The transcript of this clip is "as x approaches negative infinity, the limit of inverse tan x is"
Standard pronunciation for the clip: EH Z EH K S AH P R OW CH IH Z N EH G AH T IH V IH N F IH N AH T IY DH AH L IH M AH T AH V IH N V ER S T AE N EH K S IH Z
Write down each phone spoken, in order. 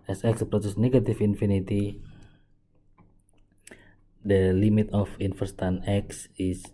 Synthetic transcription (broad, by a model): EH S EH K S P R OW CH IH S N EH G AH T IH F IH N F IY N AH T IY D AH L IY M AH T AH F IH N F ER S T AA N EH K S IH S